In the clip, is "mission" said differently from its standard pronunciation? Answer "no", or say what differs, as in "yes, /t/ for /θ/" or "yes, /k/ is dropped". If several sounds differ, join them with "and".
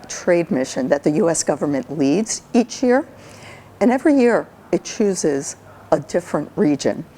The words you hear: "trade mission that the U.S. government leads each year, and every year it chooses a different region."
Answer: no